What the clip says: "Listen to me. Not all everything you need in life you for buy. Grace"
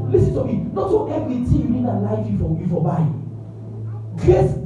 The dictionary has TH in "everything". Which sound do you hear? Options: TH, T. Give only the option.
T